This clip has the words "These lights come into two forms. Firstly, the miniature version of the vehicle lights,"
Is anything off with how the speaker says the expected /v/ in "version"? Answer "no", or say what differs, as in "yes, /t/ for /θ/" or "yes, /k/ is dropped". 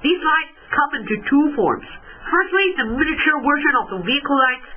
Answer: yes, /w/ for /v/